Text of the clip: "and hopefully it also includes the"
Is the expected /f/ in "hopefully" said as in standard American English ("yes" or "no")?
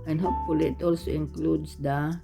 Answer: no